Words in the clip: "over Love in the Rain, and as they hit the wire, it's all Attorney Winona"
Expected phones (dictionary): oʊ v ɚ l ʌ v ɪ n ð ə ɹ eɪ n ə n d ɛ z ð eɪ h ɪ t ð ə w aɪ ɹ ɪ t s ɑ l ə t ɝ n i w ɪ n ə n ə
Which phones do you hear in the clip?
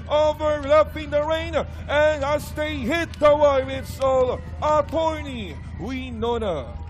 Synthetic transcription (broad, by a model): oʊ v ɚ l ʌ p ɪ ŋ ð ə ɹ eɪ n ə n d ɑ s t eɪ h ɪ t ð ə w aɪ w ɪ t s ɑ l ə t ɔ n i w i n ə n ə